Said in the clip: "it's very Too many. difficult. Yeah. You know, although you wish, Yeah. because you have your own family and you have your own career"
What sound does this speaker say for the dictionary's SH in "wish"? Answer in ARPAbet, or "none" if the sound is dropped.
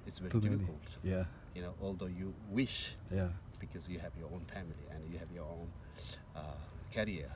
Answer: SH